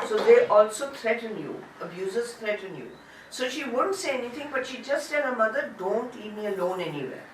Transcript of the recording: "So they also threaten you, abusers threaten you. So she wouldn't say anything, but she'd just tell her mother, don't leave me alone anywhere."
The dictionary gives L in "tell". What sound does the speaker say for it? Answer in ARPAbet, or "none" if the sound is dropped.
N